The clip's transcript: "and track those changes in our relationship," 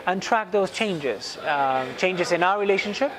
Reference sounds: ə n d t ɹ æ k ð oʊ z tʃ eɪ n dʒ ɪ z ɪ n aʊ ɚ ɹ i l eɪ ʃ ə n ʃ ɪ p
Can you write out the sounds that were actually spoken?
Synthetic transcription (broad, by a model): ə n t ɹ æ k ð oʊ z tʃ eɪ n dʒ ɪ z ɪ n aʊ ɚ ɹ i l eɪ ʃ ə n ʃ ɪ p